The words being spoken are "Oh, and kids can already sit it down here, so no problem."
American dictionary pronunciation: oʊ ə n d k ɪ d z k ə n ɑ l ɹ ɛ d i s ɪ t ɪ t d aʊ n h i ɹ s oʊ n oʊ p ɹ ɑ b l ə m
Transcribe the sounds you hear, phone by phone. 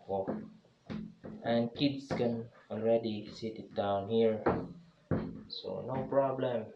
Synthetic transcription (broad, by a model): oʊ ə n k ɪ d s k ə n ɑ l ɹ ɛ d i s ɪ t ɪ t d aʊ n h i ɹ s oʊ n oʊ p ɹ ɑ b l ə m